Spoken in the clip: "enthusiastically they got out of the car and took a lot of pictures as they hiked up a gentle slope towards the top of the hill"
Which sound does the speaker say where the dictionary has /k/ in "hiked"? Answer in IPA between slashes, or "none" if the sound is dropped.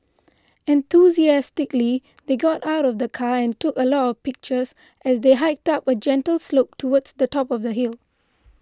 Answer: /k/